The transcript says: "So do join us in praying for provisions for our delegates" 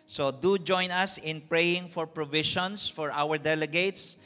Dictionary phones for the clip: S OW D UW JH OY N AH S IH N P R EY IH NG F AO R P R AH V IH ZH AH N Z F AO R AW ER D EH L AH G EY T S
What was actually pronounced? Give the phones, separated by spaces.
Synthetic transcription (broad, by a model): S OW D UW JH OY N AH S IH N P R EY IH NG F AO R P R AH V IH SH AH N S F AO R AW ER D EH L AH G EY T S